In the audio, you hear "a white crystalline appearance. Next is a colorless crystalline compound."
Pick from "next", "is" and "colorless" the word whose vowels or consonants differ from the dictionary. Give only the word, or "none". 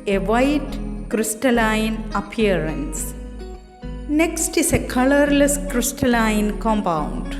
is